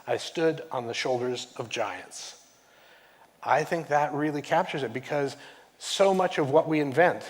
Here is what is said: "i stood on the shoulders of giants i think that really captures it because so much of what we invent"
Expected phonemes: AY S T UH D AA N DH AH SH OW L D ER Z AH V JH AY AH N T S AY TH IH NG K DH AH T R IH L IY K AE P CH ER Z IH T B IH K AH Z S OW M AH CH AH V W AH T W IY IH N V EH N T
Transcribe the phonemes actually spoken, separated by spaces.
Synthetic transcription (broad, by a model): AY S T UH D N DH AH SH OW L D ER Z AH V JH AY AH N T S AY TH IH NG K DH AH T R IH L IY K AE P CH ER Z IH T B IH K AH Z S OW M AH CH AH V W AH T W IY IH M V EH N T